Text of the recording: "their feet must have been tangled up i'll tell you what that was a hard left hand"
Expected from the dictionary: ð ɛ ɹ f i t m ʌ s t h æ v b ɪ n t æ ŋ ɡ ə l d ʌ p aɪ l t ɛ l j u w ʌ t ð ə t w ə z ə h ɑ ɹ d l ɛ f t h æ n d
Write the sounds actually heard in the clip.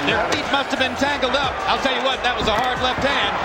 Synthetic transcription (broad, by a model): ð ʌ ɹ f i t m ʌ s t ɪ v b ɪ n t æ ŋ ɡ l d ʌ p aɪ l t ɛ l j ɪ w ʌ t ð ə t w ə z ə h ɑ ɹ d l ɛ f t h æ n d